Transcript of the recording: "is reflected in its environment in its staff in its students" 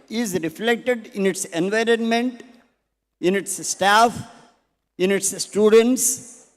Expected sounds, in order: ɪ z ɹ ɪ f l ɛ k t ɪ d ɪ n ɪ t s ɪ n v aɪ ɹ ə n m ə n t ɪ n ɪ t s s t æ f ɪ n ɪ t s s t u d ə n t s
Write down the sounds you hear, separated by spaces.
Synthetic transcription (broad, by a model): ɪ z ɹ ɪ f l ɛ k t ɪ d ɪ n ɪ t s ɪ n v aɪ ɹ ə n m ə n t ɪ n ɪ t s s t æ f ɪ n ɪ t s s t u d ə n t s